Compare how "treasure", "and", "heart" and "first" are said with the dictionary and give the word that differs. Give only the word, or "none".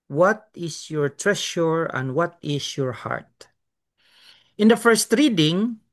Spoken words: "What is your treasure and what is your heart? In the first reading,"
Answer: treasure